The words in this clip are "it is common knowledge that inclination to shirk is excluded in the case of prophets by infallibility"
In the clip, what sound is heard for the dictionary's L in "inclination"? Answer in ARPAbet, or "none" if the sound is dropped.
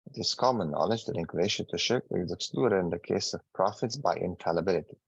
none